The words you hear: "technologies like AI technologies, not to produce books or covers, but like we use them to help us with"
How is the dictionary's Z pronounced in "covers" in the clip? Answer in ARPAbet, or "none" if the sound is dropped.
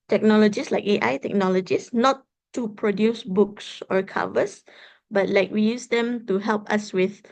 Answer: S